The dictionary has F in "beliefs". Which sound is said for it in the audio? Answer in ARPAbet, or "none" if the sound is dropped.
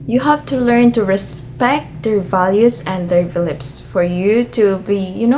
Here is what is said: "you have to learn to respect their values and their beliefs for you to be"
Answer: P